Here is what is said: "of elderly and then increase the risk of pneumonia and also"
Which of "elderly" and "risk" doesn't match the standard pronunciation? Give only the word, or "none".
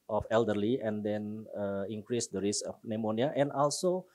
risk